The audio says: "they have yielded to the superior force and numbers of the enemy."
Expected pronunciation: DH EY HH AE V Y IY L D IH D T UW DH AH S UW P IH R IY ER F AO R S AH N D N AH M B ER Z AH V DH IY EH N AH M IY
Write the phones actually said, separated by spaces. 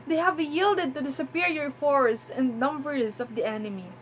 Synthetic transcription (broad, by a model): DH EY HH AE V Y IY L D IH D T UW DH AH S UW P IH R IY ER F AO R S AH N D N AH M B ER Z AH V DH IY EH N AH M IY